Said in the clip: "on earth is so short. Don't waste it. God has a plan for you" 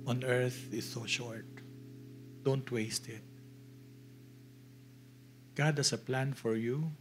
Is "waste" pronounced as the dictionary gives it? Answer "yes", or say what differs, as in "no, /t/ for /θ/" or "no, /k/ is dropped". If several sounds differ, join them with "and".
yes